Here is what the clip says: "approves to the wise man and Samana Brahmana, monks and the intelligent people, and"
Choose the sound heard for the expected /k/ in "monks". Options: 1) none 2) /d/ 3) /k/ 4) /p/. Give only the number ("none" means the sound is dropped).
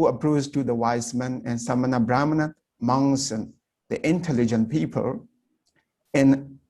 1